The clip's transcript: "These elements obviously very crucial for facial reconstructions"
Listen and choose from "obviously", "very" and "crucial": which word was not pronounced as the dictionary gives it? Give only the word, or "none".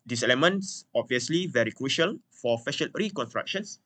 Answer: none